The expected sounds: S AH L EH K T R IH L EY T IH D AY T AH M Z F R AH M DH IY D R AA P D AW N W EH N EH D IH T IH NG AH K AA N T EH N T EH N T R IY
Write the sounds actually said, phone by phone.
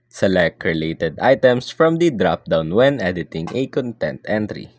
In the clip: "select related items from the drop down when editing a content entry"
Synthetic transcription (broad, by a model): S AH L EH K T R IH L EY T IH D AY T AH M S F R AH M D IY D R AA P D AW N W EH N EH D IH T IH NG AH K AA N T EH N T EH N T R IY